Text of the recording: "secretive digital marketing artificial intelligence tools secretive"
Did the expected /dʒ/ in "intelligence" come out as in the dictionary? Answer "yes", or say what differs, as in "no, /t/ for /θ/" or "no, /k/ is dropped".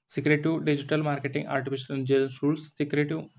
no, /dʒ/ is dropped